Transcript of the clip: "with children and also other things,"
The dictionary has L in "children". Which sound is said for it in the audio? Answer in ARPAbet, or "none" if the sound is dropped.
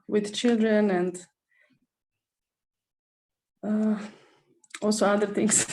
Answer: L